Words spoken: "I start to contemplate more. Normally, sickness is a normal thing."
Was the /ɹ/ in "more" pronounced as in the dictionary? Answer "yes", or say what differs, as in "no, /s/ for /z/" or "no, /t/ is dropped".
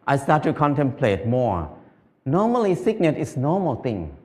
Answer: yes